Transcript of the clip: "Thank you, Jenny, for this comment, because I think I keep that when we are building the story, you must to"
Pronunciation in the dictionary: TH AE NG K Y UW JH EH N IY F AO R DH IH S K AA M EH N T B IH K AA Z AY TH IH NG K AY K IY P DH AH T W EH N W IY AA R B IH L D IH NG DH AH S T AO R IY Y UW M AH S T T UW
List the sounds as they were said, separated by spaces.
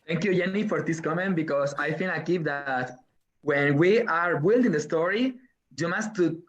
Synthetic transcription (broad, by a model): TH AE NG K Y UW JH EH N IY F AO R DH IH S K AA M EH N T B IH K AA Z AY F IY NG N AY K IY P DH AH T W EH N W IY AA R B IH L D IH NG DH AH S T AO R IY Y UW M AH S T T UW